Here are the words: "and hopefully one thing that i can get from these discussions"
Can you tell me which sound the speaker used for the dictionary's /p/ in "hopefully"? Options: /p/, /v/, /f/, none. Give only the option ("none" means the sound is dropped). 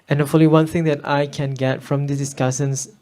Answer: none